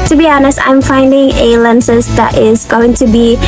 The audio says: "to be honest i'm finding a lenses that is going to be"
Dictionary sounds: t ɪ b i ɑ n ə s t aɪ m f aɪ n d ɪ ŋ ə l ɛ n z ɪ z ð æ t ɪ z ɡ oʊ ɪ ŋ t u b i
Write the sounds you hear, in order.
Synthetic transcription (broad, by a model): t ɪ b i ɑ n ə s t aɪ m f aɪ n d ɪ ŋ ə l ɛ n s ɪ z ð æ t ɪ z ɡ oʊ ɪ ŋ t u b i